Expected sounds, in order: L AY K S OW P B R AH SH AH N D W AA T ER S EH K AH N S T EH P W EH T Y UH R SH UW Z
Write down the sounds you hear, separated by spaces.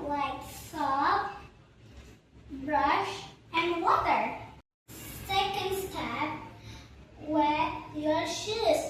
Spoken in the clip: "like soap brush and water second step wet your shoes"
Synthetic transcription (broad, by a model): L AY K S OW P B R AH SH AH N W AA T ER S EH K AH N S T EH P W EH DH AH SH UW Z